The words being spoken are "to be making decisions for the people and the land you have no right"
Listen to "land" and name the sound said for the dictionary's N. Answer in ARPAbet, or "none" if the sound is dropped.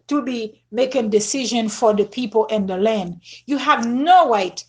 N